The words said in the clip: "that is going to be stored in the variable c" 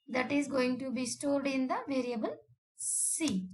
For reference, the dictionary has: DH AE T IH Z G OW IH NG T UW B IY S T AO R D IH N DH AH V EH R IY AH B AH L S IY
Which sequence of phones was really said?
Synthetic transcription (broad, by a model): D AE T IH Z G OW IH NG T UW B IY S T AO R D IH N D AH V EH R IY AH B AH L S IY